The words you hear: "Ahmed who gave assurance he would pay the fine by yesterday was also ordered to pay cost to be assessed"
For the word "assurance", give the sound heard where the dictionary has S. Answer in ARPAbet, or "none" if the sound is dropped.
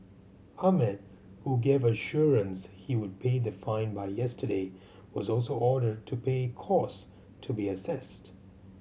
S